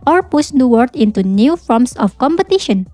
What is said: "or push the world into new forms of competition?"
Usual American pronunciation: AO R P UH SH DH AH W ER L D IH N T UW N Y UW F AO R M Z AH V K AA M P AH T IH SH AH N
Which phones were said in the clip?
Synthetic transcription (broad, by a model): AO R P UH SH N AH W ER D IH N T UW N Y UW F AO R M S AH F K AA M P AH T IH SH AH N